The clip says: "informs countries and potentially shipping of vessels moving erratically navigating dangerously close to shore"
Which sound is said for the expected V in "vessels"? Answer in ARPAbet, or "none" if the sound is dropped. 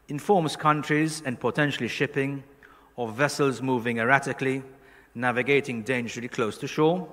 V